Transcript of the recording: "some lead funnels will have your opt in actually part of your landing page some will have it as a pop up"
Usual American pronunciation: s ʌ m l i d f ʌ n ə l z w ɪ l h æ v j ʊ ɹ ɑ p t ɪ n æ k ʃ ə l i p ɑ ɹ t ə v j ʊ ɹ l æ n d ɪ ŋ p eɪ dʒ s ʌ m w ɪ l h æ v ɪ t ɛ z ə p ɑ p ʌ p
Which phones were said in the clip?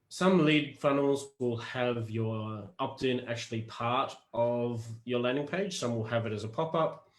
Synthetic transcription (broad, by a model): s ʌ m l i d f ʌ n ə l z w ɪ l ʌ v j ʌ ɹ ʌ p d ɪ n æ k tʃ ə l i p ɑ ɹ t ə v j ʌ ɹ l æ n d ɪ ŋ p eɪ dʒ s ʌ m w ɪ l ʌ v ɪ t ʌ z ə p ɑ p ʌ p